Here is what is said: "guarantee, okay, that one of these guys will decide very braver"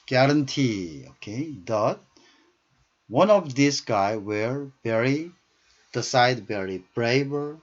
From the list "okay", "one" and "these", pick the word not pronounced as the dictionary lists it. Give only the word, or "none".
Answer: these